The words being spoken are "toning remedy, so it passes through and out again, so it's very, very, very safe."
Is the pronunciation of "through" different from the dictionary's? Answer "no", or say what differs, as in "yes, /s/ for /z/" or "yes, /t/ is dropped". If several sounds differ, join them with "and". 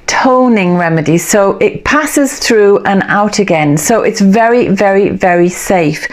no